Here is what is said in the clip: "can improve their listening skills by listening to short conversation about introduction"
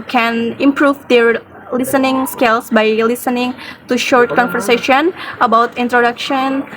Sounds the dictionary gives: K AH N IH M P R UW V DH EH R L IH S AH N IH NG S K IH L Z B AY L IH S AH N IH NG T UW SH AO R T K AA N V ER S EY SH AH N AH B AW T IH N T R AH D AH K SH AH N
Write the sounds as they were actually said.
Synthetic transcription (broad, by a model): K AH N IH M P R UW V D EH R L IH S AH N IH NG S K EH L S B AY L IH S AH N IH NG T UW SH AO R T K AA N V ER S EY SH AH N AH B AW T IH N T R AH D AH K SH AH N